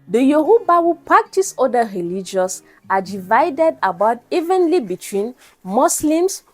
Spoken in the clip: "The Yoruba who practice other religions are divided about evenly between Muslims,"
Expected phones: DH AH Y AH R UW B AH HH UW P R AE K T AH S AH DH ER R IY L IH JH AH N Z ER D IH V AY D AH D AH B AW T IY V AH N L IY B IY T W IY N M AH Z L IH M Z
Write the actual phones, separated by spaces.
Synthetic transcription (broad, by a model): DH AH Y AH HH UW B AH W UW P R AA K T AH S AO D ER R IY L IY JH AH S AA D IH V AY D AH D AH B AW T IY V AH N L IY B IY T W IY N M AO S L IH M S